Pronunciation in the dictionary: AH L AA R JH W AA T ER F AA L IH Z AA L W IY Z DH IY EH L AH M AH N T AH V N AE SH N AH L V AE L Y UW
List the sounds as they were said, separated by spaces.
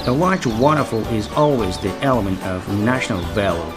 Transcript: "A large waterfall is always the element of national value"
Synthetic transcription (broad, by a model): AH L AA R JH W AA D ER F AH L IH Z AA L W IY Z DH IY EH L AH M AH N T AH V N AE SH N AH L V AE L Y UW